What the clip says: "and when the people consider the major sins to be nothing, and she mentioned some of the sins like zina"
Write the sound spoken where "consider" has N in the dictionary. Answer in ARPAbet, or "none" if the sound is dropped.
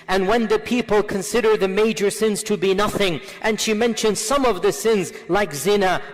N